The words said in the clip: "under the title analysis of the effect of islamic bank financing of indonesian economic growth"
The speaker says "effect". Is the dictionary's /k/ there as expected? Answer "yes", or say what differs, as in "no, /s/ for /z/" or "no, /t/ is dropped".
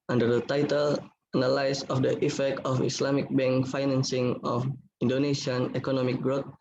yes